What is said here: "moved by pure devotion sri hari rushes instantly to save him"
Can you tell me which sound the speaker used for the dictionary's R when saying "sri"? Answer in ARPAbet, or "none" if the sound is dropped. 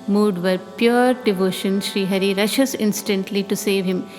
R